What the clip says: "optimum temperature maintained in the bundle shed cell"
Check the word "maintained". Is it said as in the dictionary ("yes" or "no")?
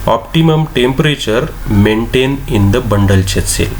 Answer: no